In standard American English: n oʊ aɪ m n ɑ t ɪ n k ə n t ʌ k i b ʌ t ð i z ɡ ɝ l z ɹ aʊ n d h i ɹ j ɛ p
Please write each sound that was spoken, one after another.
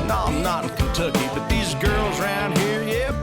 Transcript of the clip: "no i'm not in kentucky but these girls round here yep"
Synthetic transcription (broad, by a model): n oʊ aɪ m n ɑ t n k ə n t ʌ k i b ʌ t ð i z ɡ ɝ l z ɹ aʊ n d h i ɹ j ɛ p